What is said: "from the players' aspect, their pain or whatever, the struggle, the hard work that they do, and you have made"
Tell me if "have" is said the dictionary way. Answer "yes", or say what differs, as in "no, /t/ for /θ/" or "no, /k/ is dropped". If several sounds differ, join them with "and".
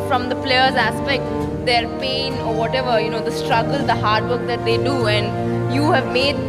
yes